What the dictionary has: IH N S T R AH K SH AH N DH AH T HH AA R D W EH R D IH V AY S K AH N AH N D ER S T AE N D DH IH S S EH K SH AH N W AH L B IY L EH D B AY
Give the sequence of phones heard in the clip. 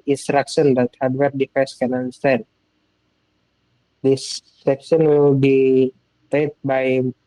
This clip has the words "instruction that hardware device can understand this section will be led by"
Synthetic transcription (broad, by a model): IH N S T R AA K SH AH N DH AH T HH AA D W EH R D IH F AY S K AH N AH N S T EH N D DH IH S S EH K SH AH N W AH L B IY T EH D B AY